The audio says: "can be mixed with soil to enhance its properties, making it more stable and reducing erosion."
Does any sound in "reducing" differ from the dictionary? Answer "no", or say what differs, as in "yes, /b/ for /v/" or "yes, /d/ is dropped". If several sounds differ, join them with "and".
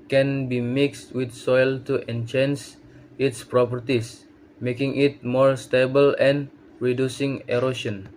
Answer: no